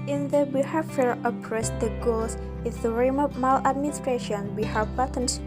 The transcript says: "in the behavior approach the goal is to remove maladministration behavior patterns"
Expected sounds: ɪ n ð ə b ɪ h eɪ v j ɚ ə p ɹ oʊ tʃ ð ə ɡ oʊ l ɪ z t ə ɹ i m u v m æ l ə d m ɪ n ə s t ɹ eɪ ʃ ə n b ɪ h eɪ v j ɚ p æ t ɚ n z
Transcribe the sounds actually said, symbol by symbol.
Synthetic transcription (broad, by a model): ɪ n ð ə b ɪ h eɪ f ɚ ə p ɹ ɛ s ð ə ɡ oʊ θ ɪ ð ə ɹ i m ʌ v m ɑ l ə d m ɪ n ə s t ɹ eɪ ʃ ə n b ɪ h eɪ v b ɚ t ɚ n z